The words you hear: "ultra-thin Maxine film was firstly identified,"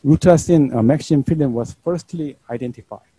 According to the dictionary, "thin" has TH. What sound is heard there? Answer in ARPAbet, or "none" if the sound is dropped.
S